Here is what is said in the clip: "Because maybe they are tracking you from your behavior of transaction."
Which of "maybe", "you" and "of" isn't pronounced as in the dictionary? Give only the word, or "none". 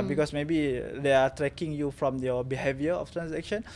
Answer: of